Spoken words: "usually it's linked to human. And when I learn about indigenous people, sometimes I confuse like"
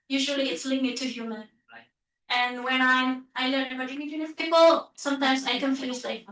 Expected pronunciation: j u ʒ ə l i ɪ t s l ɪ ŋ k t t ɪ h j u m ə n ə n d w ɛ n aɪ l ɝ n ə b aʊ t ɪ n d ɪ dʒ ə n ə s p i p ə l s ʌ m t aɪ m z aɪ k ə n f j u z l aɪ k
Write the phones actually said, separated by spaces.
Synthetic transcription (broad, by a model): j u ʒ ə l i ɪ t s l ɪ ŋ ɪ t t ɪ h j u m ə n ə n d w ɛ n aɪ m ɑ ə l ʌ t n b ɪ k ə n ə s p i p ə l s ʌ m t aɪ m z aɪ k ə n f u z l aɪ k